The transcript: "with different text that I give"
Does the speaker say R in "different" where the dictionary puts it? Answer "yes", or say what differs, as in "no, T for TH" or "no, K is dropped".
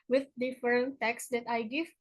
no, R is dropped